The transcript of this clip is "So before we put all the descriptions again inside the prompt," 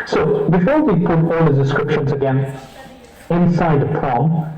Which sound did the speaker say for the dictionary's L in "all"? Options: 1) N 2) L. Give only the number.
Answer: 2